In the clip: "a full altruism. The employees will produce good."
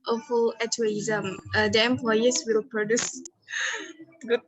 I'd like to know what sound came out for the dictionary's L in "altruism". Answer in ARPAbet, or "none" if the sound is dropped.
none